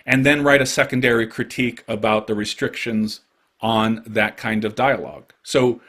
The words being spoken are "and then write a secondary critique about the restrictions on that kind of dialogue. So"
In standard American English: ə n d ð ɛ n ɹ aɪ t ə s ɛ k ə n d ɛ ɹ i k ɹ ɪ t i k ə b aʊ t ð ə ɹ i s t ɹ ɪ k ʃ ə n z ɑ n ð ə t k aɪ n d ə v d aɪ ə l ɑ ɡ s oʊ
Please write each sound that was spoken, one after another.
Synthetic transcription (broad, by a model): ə n ð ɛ n ɹ aɪ t ə s ɛ k ə n d ɛ ɹ i k ɹ ɪ t i k ə b aʊ t ð ə ɹ i s t ɹ ɪ k ʃ ə n z n ð ə t k aɪ n d ə v d aɪ ə l ɑ ɡ s oʊ